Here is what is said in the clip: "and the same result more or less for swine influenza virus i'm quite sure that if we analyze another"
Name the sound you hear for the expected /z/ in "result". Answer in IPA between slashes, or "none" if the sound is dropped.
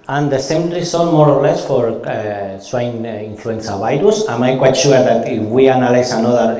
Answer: /s/